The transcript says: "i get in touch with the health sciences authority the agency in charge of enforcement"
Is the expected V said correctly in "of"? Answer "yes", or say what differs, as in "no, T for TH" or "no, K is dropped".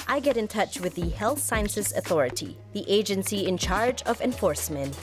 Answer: yes